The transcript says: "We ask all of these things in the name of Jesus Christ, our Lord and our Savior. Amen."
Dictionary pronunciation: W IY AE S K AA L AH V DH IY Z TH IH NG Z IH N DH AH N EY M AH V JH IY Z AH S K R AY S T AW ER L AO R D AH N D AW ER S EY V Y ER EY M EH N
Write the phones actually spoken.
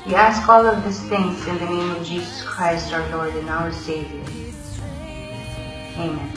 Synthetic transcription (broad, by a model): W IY AE S K AA L AH V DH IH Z TH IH NG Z IH N DH AH N EY M AH V JH IY Z AH S K R AY S T AW ER L AO R D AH N AW ER S EY V Y ER EY M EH N